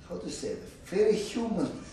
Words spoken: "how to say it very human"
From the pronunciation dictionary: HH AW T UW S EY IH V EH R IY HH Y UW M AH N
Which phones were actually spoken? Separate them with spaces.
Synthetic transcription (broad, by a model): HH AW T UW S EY IH F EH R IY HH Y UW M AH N